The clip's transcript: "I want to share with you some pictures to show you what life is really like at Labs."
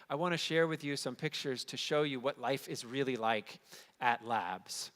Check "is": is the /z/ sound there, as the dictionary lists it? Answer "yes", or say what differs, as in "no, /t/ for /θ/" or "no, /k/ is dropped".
yes